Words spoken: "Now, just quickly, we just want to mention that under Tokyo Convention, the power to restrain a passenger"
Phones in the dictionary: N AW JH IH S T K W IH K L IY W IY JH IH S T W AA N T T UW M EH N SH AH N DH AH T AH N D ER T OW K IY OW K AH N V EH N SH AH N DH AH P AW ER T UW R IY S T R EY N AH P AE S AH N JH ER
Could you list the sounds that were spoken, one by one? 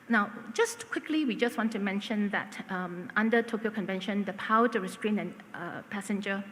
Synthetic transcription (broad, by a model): N AW JH IH S T K W IH K L IY W IY JH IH S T W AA N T T UW M EH N SH AH N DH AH T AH N D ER T OW K IY OW K AH N V EH N SH AH N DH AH P AW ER T UW R IY S T R EY N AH P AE S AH N JH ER